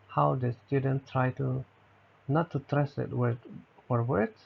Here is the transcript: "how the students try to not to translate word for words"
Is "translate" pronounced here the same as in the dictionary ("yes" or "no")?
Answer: no